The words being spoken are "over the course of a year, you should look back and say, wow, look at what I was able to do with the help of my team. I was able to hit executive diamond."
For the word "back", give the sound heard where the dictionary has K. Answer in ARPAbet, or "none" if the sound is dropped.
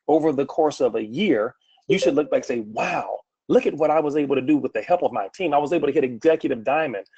none